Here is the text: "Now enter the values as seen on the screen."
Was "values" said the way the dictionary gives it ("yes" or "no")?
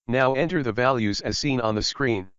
yes